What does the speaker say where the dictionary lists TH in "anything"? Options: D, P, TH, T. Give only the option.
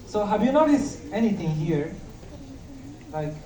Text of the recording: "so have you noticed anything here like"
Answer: T